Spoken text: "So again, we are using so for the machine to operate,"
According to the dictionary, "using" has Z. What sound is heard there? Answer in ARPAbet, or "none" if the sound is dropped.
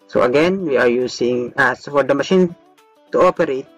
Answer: S